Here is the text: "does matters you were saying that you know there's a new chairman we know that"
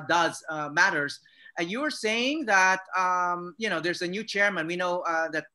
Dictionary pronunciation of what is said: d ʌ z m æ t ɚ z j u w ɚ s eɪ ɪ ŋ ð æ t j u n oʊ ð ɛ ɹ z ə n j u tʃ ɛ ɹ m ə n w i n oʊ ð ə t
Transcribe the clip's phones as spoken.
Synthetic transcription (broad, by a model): d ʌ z m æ t ɚ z j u w ɚ s eɪ ɪ ŋ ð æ t j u n oʊ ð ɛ ɹ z ə n j u tʃ ɛ ɹ m ə n w i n oʊ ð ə t